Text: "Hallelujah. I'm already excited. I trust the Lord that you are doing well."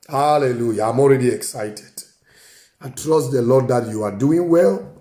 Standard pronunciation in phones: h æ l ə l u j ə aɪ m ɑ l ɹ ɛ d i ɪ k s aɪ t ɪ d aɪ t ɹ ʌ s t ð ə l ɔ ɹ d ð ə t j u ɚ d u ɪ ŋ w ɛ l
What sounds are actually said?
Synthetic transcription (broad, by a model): h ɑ l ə l u j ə aɪ m ɑ l ɹ ɛ d i ɪ k s aɪ t ɪ d aɪ t ɹ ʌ s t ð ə l ɔ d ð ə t j u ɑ d u ɪ ŋ w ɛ l